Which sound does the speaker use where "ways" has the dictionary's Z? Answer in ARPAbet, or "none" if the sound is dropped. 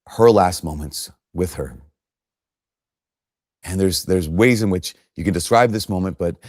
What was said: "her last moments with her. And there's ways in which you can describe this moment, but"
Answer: Z